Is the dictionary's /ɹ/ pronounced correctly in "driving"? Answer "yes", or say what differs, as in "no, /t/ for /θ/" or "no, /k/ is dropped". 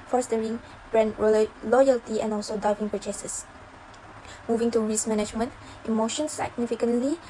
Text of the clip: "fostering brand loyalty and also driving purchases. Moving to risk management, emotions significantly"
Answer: no, /ɹ/ is dropped